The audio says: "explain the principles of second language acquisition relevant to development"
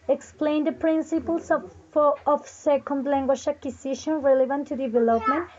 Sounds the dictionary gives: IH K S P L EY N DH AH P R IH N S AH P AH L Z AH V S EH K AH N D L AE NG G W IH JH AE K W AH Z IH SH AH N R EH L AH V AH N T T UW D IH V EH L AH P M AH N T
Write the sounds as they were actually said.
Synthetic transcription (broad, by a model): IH K S P L EY N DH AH P R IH N S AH P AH L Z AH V S EH K AH N D L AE NG G W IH SH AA K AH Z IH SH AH N R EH L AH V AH N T T UW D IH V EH L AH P M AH N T